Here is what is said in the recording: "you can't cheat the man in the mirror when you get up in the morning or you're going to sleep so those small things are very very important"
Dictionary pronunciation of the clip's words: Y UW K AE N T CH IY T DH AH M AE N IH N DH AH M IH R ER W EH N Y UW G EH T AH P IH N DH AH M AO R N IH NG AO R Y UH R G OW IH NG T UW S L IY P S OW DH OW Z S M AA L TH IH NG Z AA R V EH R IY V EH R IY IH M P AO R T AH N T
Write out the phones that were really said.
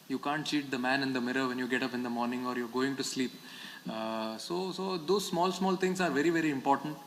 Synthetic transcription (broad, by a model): Y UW K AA N T CH IY T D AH M AE N IH N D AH M IH R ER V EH N Y UW G EH T AH P IH N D AH M AO R N IH NG AO R Y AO R G OW IH NG T UW S L IY P S OW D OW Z S M AA L T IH NG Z AA R V EH R IY V EH R IY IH M P AO R T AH N T